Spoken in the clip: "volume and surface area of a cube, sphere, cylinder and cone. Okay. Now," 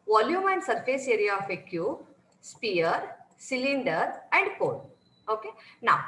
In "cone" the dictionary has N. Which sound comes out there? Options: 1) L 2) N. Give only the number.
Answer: 1